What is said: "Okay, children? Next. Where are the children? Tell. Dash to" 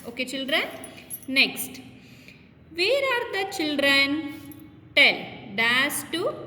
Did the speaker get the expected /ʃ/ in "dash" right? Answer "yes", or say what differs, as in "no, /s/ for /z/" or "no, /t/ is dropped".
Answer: no, /s/ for /ʃ/